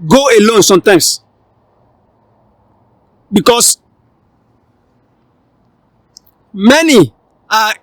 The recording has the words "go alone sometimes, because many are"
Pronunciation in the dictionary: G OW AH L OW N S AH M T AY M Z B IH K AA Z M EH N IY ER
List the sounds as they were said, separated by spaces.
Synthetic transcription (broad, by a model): G OW AH L OW N S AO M T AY M S B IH K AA S M EH N IY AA